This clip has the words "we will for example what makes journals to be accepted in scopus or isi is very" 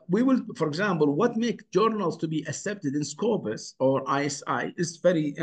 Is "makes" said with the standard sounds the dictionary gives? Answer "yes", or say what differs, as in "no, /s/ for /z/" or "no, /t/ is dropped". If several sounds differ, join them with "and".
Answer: no, /s/ is dropped